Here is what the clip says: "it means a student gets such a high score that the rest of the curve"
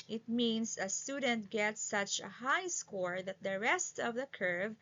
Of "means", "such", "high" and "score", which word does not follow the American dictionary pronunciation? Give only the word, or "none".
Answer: means